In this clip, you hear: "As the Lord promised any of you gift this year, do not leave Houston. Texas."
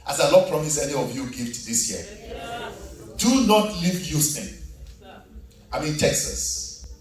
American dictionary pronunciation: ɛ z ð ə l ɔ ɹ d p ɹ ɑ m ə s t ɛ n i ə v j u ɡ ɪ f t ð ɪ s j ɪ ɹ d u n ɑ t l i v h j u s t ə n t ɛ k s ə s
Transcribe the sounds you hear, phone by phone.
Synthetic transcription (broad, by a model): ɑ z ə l ɔ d p ɹ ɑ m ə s ɛ n i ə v j u ɡ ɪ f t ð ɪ s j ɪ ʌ d u n ɑ t l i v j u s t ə n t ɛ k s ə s